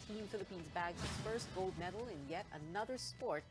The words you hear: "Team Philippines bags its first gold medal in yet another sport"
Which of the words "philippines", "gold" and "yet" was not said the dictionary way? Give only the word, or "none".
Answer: none